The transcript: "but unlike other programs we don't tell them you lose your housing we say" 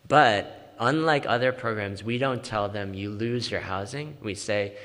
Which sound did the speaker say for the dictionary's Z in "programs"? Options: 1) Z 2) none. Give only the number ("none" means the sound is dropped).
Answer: 1